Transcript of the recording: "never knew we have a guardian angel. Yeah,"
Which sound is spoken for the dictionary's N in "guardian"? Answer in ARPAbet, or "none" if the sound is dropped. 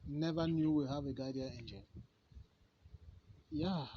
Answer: none